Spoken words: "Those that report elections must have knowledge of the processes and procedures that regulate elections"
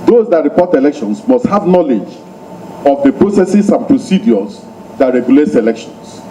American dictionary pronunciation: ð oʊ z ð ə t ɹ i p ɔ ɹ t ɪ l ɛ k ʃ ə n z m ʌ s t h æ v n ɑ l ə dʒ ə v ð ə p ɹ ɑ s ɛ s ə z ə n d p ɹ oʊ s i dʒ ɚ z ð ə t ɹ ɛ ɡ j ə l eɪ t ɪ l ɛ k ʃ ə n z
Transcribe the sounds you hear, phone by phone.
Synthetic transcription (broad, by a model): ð oʊ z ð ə t ɹ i p ɔ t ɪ l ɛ k ʃ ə n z m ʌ s t h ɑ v n ɑ l ə dʒ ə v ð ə p ɹ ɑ s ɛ s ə s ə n p ɹ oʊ s i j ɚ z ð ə t ɹ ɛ ɡ j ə l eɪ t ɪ l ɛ k ʃ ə n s